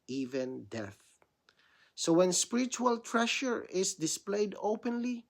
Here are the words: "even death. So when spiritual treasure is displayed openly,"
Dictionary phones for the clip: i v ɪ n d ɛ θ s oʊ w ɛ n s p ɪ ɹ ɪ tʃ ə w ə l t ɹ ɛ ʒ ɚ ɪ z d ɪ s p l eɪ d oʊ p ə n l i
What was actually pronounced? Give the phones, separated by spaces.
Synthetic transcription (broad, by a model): i v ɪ n d ɛ θ s oʊ w ɛ n s p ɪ ɹ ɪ tʃ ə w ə l t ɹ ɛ ʃ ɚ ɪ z d ɪ s p l eɪ d oʊ p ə n l i